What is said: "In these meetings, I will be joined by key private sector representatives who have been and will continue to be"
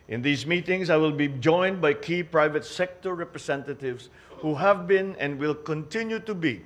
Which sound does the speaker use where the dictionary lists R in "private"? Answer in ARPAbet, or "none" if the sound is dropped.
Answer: R